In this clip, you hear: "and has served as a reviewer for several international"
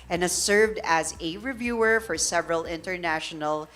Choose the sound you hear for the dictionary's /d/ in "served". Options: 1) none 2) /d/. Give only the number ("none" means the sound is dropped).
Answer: 2